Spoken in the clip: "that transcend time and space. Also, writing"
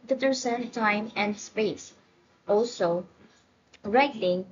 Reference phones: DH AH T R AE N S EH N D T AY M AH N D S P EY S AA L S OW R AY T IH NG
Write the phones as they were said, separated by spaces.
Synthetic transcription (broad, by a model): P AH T AE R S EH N T AY M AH N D S P EY S AA L S OW R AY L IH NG